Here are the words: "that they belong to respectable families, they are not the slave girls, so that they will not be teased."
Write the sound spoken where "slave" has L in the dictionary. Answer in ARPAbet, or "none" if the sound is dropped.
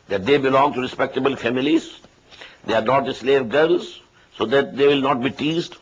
L